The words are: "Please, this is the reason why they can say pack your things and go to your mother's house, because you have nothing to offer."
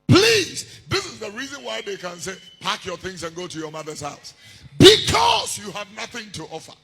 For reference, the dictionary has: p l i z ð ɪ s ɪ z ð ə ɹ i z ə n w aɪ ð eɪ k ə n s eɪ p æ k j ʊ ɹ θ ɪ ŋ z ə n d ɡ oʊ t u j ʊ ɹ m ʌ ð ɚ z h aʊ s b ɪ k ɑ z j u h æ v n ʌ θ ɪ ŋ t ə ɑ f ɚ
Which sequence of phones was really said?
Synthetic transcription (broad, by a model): p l i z ð ɪ s ɪ z ð ə ɹ i z ə n w aɪ ð eɪ k ə n s eɪ p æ k j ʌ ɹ θ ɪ ŋ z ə n ɡ oʊ t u j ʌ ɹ m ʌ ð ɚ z h aʊ s b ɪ k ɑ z j u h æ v n ʌ θ ɪ ŋ t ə ɑ f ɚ